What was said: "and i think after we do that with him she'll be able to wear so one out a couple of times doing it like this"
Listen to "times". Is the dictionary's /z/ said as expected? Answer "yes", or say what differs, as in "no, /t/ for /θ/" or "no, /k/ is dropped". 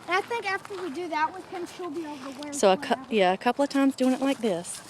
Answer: yes